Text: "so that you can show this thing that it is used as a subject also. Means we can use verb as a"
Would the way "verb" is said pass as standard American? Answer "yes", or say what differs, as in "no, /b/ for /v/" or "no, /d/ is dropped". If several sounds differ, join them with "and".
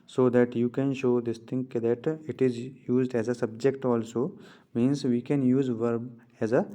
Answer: yes